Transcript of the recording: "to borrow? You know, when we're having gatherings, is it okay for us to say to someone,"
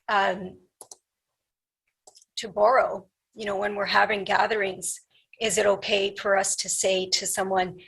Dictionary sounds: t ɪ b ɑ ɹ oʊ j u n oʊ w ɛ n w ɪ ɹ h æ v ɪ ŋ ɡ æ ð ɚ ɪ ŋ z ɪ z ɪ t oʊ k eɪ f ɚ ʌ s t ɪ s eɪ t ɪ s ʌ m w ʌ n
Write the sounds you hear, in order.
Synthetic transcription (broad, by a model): t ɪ b ɑ ɹ oʊ j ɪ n oʊ w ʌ n w ɪ ɹ h æ v ɪ ŋ ɡ æ ð ɚ ɪ ŋ z ɪ z ɪ t oʊ k eɪ f ɚ ʌ s t ɪ s eɪ t ɪ s ʌ m w ʌ n